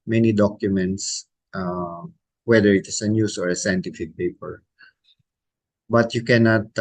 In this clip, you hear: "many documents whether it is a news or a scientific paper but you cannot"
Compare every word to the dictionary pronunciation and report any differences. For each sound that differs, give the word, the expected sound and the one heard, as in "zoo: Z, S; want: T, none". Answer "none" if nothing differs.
is: Z, S; news: Z, S